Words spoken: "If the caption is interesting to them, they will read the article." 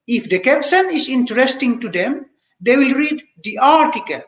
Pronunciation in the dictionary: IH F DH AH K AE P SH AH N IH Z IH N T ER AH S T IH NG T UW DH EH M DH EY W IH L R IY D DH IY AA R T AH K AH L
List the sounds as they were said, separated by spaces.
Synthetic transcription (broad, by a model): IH F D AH K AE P S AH N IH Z IH N T ER AH S T IH NG T UW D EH M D EY W IH L R IY D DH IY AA R T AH K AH L